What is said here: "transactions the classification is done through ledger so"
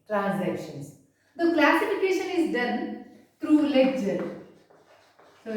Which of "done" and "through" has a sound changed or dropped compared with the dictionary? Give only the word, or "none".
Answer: through